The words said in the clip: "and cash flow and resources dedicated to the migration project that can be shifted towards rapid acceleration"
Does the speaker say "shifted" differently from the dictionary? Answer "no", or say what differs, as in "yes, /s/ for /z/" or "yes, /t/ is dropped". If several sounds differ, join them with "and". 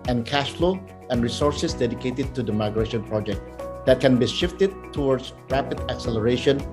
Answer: no